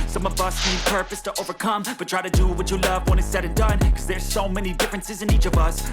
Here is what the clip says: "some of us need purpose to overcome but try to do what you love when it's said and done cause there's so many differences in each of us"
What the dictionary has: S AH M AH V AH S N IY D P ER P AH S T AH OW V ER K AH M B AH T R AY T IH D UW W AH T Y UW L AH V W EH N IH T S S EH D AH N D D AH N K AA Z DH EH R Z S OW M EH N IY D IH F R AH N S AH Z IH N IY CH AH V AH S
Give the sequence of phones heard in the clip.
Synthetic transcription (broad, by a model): S AH M AH V AH S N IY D P ER P AH S T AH OW V ER K AH M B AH T R AY T IH D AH W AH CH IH L AH V W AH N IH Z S S EH D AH N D D AH N K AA Z DH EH R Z S OW M EH N IY D IH F R AH N S AH Z IH N IY CH AH V AH S